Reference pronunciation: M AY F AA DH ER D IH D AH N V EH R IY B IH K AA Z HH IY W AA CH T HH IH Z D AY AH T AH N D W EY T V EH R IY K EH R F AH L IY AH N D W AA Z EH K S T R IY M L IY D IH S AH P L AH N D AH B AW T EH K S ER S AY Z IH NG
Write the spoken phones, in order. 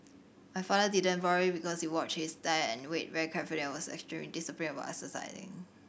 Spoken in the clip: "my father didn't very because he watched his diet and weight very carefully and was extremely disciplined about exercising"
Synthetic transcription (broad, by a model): M AY F AA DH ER D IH D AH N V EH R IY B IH K AA S HH IY W AA CH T HH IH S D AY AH AH N W EY T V EH R IY K EH R F AH L IY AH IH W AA S EH K S T R IY M L IY D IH S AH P AH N AH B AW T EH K S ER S AY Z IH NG